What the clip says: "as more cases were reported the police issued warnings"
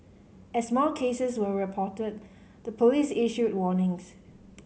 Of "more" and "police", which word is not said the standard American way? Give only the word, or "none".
more